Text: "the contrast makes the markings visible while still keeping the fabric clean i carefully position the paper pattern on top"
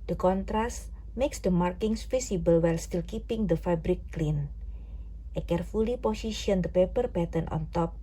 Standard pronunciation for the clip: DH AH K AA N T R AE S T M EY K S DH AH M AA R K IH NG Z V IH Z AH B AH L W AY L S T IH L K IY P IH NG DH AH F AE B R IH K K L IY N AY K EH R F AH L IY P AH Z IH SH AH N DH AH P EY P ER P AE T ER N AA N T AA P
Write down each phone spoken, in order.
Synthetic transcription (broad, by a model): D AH K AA N T R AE S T M EY K S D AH M AA R K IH NG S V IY S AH B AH L W AY L S T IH L K IY P IH NG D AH F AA B R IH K K L IY N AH K EH R F AH L IY P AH S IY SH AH N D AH P EY P ER P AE T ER N AA N T AA P